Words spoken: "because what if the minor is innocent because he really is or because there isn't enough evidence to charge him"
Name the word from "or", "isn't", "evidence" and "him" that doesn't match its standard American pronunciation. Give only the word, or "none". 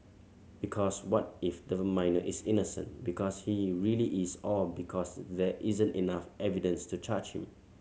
or